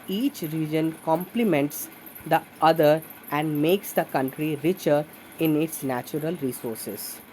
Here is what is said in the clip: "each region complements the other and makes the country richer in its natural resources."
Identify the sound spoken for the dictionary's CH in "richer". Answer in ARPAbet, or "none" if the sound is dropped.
CH